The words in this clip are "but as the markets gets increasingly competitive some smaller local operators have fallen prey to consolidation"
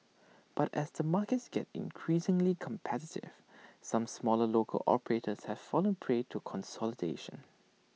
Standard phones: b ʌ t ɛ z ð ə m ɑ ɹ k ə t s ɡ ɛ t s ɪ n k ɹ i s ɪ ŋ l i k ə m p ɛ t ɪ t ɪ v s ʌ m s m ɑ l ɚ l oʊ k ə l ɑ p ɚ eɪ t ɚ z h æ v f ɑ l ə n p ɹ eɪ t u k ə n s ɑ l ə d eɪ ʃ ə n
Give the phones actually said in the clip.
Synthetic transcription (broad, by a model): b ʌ t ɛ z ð ə m ɑ k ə t s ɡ ɛ t ɪ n k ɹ i s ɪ ŋ l i k ə m p ɛ t ɪ t ɪ v s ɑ m s m ɑ l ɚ l oʊ k ə l ɑ p ɚ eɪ t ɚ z h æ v f ɑ l ə n p ɹ eɪ t u k ə n s ɑ l ə d eɪ ʃ ə n